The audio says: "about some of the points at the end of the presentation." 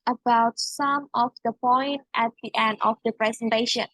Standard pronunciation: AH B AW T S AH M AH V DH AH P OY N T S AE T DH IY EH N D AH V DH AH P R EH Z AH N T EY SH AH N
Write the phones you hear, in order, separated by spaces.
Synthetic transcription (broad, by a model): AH B AW T S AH M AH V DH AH P OY N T AE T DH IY EH N D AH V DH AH P R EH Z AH N T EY SH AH N